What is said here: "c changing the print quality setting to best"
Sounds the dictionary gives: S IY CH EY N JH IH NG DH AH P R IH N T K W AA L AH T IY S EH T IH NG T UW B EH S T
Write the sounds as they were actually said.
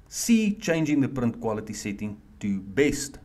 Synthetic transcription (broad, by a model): S IY CH EY N JH IH NG DH AH P R IH N T K W AA L AH T IY S EH T IH NG T UW B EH S T